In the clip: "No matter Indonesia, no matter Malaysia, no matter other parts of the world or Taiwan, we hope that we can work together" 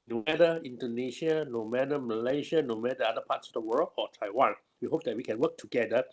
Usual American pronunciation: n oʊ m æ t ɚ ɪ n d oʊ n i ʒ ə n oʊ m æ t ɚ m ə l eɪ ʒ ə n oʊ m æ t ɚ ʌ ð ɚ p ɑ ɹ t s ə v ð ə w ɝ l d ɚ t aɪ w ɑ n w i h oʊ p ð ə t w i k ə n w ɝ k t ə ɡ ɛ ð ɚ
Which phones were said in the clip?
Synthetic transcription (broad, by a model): n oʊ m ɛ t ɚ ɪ n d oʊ n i ʃ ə n oʊ m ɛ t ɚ m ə l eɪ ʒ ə n oʊ m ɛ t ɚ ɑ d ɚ p ɑ t s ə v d ə w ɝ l ɔ t aɪ w ɑ n w i h oʊ p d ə t w i k ə n w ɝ k t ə ɡ ɛ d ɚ